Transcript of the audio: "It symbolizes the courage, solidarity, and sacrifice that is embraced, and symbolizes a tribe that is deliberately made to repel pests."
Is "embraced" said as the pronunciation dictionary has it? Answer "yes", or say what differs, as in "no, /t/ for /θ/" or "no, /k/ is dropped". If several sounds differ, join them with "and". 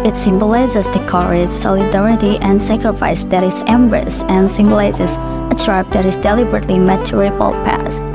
no, /t/ is dropped